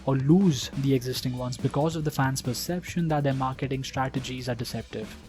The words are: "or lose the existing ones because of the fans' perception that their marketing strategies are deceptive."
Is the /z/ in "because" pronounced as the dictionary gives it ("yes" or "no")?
yes